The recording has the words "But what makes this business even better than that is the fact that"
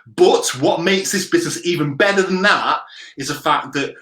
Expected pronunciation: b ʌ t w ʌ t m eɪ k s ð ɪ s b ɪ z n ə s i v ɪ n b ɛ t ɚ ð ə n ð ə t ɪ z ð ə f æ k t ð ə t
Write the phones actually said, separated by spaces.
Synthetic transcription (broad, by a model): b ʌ t w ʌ t m eɪ k s ð ɪ s b ɪ z n ə s i v ɪ n b ɛ t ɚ ð ə n ð ə t ɪ z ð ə f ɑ k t ð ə t